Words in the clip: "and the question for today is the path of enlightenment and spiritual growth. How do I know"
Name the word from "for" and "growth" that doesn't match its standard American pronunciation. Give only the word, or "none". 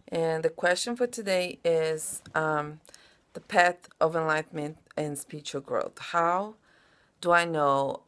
none